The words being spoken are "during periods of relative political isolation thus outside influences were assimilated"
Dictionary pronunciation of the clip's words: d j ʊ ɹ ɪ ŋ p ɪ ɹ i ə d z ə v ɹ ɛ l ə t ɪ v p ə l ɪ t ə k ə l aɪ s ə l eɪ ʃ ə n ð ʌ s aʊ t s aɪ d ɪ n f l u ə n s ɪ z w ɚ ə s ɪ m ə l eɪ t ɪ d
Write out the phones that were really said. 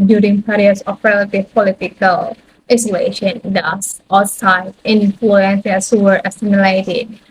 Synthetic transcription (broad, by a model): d j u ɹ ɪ ŋ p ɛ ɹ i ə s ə f ɹ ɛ l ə t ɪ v p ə l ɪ t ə k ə l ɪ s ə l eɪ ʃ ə n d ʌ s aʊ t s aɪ ɪ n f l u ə n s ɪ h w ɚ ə s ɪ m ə l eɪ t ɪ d